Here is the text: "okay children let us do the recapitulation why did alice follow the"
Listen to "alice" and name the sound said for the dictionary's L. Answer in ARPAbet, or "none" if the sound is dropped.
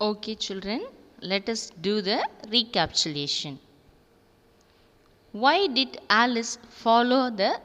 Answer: L